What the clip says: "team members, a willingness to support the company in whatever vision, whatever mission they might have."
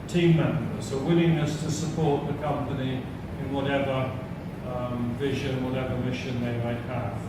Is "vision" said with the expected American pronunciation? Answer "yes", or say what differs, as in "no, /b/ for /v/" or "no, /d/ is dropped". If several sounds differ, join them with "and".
yes